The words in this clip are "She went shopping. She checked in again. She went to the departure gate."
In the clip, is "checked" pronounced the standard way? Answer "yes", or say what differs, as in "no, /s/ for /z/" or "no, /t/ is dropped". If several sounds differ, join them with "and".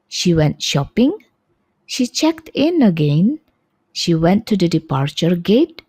yes